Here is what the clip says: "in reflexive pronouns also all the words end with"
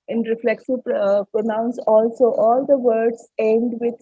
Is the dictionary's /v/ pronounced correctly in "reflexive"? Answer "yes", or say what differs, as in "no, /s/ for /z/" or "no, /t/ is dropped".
no, /p/ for /v/